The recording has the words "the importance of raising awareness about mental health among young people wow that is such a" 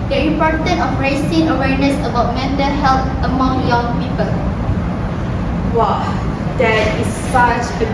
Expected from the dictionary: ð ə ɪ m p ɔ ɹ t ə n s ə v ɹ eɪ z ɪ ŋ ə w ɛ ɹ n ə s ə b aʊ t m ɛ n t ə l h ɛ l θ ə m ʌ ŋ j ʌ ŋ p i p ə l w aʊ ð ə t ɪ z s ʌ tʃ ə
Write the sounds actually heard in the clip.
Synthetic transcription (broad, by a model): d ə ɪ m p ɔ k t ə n ə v ɹ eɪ s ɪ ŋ ə w ɛ ɹ n ə s ə b aʊ t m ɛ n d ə h ɛ l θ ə m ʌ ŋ j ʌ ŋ p i p ə l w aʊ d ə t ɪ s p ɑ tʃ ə